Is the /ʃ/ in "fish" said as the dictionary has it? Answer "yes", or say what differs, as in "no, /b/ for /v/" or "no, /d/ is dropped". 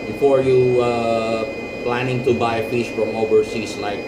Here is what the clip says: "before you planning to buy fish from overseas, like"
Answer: no, /s/ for /ʃ/